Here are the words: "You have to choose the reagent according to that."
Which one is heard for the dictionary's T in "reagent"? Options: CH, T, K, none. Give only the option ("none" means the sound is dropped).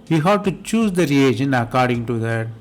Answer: none